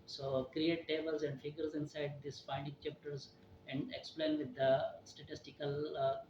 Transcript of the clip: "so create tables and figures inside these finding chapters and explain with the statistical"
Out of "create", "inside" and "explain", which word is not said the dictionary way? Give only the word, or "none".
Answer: none